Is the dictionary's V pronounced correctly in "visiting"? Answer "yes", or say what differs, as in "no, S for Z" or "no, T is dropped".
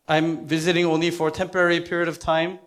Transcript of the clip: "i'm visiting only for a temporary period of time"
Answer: yes